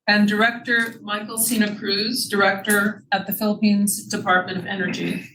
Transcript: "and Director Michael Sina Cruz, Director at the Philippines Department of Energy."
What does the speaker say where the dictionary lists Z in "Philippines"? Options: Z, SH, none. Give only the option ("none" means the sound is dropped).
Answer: Z